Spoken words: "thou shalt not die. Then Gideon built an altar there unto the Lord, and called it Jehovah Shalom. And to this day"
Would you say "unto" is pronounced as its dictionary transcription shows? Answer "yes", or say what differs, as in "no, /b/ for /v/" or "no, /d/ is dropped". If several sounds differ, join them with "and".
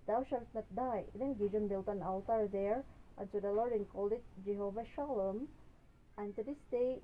no, /s/ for /t/